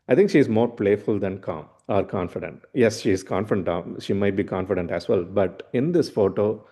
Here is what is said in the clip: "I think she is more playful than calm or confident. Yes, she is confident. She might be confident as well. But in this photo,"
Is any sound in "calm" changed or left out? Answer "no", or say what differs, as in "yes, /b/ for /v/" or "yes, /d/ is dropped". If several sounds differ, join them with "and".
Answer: no